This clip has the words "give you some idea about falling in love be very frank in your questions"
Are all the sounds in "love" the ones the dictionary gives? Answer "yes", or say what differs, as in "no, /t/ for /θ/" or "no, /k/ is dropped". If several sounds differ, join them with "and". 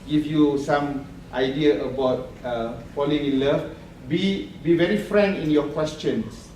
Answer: no, /b/ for /v/